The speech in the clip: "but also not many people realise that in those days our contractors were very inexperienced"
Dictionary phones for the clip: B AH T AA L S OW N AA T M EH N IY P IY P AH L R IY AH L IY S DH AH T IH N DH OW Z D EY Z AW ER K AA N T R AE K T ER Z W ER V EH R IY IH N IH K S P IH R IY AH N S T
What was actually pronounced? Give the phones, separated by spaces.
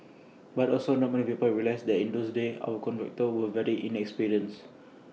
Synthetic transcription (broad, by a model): B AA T AA L S OW N AA T M EH N IY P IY P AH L R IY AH L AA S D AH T IH N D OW S D EY AW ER K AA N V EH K T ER W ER V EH R IY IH N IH K S P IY R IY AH N S